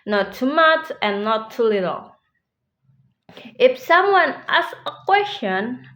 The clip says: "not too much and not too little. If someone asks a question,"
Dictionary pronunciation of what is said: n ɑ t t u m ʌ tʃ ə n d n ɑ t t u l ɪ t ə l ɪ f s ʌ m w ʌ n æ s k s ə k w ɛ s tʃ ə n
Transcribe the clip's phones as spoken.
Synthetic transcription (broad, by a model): n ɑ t t u m ʌ tʃ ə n n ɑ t t u l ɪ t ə l ɪ f s ʌ m w ʌ n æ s s ə k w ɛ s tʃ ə n